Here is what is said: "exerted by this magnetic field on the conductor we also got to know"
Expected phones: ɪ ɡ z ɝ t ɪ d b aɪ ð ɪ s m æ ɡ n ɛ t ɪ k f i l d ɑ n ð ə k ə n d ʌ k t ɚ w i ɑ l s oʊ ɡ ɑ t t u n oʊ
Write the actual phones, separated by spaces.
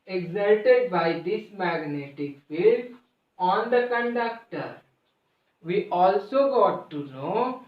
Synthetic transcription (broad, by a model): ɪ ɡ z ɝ t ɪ d b aɪ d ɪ s m æ ɡ n ɛ t ɪ k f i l ɑ n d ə k ə n d ʌ k t ɚ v i ɑ l s oʊ ɡ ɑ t t u n oʊ